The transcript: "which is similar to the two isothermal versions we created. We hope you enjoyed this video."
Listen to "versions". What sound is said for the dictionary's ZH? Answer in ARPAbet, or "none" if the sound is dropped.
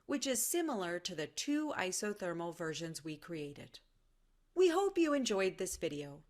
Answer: ZH